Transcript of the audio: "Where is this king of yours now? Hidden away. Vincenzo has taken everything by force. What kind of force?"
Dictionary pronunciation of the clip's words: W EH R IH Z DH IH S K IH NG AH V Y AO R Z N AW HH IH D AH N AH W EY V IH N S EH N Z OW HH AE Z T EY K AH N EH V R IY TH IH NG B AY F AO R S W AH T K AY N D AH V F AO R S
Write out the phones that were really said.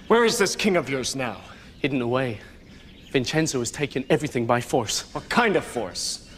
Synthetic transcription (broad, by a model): W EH R IH Z DH IH S K IH NG AH V Y AO R Z N AW HH IH D N AH W EY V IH N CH EH N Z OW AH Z T EY K AH N EH V R IY TH IH NG B AY F AO R S W AH T K AY N D AH V F AO R S